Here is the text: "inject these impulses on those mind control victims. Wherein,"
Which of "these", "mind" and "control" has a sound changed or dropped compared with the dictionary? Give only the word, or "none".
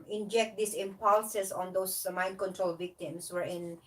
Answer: these